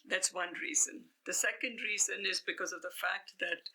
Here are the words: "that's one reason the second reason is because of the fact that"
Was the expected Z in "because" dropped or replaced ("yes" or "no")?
no